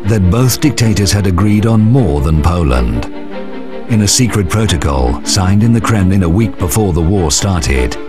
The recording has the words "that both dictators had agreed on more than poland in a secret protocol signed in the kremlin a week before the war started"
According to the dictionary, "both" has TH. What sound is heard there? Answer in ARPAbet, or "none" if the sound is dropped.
TH